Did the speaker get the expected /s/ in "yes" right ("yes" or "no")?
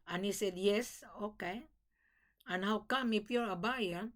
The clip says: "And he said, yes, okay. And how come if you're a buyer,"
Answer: yes